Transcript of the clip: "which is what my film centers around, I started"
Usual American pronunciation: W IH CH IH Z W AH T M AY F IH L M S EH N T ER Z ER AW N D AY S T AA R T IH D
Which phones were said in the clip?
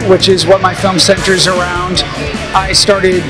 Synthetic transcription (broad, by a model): W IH CH IH Z W AH T M AY F IH L M S EH N T ER Z ER AW N D AY S T AA R T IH D